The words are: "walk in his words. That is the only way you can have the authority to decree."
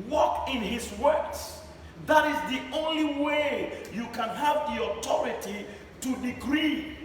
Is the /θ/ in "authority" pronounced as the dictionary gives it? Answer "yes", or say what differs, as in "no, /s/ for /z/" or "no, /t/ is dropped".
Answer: no, /t/ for /θ/